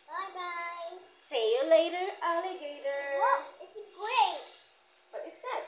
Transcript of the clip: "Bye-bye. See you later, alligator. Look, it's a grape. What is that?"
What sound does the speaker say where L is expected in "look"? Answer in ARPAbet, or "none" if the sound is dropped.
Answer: W